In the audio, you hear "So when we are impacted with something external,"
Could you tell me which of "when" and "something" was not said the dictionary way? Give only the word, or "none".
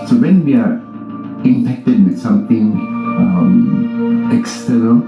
something